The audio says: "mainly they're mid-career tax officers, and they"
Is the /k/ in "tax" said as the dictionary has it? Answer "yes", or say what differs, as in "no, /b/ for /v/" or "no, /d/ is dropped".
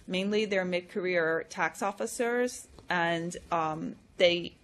yes